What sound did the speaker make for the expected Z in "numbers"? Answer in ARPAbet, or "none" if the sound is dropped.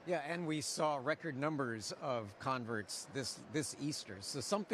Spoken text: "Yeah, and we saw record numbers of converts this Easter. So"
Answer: Z